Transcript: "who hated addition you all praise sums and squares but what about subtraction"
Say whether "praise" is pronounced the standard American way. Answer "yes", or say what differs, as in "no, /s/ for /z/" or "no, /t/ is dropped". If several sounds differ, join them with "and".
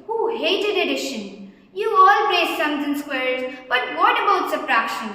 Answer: no, /l/ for /ɹ/